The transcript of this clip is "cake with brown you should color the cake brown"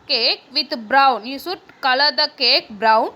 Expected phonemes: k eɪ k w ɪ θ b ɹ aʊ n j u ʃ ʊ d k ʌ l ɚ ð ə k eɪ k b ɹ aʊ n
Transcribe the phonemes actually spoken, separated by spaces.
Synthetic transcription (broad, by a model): k eɪ k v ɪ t b ɹ aʊ n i s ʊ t k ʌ l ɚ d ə k eɪ k b ɹ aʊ n